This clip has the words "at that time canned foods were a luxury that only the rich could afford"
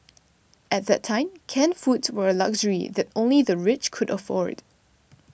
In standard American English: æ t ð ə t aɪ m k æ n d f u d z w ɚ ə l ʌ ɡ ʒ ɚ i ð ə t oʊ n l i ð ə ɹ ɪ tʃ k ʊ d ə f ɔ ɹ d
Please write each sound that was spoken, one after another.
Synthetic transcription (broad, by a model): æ t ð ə t aɪ m k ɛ n f u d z w ɚ ə l ʌ ɡ ʒ ɚ i ð ə t oʊ n l i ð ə ɹ ɪ tʃ k ʊ d ə f ɔ ɹ d